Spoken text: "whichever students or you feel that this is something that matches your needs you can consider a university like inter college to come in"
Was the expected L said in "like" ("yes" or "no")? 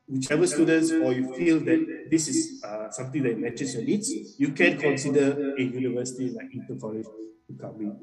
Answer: no